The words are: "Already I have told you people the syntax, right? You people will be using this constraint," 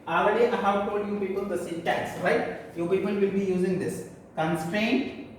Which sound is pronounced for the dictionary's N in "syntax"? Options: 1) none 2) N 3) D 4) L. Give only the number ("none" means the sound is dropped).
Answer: 1